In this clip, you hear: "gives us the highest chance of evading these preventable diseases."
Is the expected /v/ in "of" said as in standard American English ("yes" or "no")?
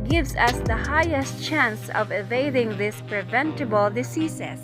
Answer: yes